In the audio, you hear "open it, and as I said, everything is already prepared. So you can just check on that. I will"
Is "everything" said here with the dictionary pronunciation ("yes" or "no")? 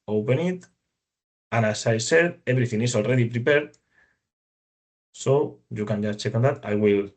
no